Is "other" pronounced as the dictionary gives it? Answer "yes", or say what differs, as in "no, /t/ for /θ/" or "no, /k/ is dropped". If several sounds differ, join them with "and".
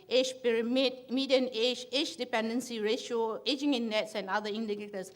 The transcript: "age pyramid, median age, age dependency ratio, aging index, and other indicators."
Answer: no, /ð/ is dropped